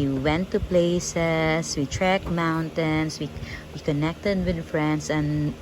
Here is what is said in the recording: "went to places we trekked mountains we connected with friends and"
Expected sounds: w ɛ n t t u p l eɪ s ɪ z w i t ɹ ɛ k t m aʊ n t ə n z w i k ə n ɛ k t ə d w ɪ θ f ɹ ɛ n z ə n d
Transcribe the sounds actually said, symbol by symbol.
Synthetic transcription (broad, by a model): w ɛ n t t u p l eɪ s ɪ s w i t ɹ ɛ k m aʊ n t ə n s w i k ə n ɛ k t ə d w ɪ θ f ɹ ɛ n s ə n